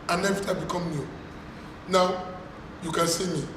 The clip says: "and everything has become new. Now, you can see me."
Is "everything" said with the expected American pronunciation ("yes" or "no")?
no